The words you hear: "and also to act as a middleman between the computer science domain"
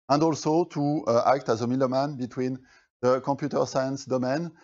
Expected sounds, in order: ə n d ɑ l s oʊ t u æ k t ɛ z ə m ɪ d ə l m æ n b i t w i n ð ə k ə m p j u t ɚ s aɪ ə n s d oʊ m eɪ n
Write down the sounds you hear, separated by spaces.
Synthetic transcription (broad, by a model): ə n d ɑ l s oʊ t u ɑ k t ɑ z ə m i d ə m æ n b i t w i n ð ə k ə m p j u t ɚ s aɪ ə n s d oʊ m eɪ n